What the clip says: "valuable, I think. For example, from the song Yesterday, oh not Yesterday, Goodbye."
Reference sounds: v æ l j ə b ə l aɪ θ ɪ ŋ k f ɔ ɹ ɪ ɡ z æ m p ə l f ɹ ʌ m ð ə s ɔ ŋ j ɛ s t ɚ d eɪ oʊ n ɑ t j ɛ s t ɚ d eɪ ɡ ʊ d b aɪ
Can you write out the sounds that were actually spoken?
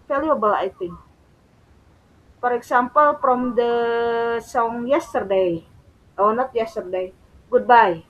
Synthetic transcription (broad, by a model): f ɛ l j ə b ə l aɪ t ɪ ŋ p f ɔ ɹ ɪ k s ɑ m p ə l p ɹ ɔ m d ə s ɔ ŋ j ɛ s t ɚ d eɪ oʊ n ɑ t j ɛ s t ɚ d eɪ ɡ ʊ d b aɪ